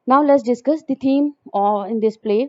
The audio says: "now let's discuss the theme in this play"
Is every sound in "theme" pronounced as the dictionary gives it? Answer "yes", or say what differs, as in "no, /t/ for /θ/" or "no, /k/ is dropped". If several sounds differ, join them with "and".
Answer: no, /t/ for /θ/